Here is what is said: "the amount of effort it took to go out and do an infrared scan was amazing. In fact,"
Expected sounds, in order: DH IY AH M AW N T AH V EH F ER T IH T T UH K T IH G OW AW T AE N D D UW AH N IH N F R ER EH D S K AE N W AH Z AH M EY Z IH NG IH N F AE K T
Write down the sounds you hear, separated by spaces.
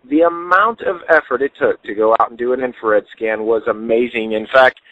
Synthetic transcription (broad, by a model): DH IY AH M AW N T AH V EH F ER T IH T T UH K T IH G OW AW T N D D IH AH N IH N F ER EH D S K AE N W AH Z AH M EY Z IH NG IH N F AE K T